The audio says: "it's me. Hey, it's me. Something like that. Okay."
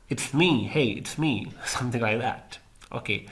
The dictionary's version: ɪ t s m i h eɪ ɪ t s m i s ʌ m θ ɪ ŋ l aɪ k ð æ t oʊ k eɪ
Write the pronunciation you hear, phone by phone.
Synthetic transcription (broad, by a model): ɪ t s m i h eɪ ɪ t s m i s ʌ m θ ɪ ŋ l aɪ k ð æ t oʊ k eɪ